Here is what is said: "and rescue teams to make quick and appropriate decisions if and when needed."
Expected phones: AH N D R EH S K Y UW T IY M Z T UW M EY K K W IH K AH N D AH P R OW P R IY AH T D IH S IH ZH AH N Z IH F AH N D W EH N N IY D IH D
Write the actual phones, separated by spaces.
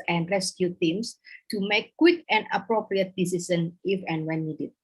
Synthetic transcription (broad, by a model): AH N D R EH S K Y UW T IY M S T UW M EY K K W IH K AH N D AH P R OW P R IY AH T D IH S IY S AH N IH F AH N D W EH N N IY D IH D